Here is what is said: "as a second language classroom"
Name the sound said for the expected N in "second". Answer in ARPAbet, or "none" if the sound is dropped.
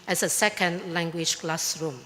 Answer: N